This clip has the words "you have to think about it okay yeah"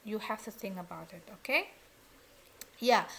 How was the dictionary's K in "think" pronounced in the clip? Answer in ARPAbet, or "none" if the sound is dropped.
none